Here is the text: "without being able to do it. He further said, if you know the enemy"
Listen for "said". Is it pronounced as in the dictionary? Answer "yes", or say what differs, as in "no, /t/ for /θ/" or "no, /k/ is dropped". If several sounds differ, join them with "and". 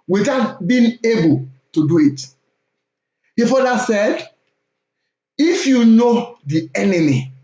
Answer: yes